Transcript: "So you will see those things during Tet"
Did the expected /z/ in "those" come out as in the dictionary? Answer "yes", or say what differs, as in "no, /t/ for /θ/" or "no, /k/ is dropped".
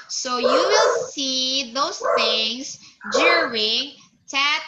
no, /s/ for /z/